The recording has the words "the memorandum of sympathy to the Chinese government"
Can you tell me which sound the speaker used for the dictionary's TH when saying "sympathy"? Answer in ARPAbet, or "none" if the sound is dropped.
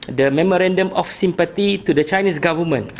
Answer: T